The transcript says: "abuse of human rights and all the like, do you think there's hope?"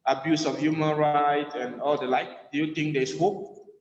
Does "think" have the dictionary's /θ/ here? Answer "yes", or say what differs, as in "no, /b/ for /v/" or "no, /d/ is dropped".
no, /t/ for /θ/